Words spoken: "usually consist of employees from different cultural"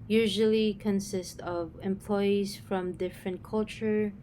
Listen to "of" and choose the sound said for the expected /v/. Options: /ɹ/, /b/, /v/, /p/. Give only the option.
/v/